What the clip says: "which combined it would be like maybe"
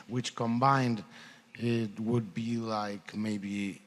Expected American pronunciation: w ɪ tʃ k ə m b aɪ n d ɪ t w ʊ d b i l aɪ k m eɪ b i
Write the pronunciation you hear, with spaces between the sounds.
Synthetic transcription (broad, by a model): w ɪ tʃ k ə m b aɪ n d ɪ t w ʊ d b i l aɪ k m eɪ b i